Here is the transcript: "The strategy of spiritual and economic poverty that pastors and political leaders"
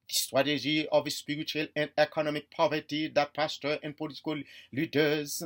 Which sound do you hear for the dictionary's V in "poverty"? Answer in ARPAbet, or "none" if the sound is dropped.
V